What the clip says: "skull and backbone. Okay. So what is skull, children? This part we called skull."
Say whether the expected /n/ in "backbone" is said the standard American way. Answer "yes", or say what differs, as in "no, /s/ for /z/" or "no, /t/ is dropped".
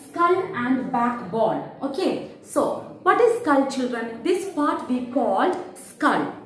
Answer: no, /l/ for /n/